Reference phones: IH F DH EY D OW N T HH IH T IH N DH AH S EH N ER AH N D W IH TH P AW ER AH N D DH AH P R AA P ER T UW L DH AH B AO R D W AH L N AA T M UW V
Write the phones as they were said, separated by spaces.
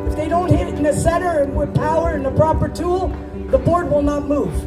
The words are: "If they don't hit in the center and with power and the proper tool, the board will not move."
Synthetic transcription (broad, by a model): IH F DH EY D OW N T HH IH T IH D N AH S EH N ER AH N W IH P AW ER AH N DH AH P R AA P ER T UW L DH AH B AO R D W AH L N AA T M UW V